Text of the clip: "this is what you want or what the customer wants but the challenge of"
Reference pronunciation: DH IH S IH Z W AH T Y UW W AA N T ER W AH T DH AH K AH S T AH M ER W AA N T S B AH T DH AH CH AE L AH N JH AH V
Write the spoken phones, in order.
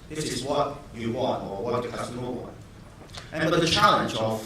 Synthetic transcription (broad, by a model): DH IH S IH Z W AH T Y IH W AA N T ER W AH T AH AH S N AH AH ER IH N B AH T DH AH CH AE L AH N JH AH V